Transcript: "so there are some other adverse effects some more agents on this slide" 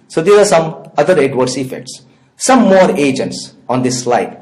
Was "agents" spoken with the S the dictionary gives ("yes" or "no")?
yes